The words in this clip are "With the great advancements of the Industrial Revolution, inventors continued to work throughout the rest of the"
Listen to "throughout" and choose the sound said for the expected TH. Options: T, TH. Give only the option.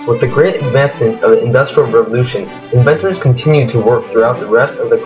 TH